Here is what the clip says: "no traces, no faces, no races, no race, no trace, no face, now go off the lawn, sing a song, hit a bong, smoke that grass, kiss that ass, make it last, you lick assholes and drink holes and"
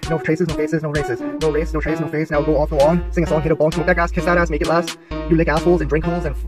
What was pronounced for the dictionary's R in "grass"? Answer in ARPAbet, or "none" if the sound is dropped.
none